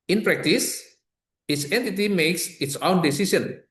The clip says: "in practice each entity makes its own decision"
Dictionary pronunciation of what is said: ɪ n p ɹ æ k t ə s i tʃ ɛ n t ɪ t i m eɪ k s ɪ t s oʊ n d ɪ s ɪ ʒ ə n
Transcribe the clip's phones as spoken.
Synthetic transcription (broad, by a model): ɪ n p ɹ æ k t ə s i s ɛ n t ɪ t i m eɪ k s ɪ t s oʊ n d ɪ s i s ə n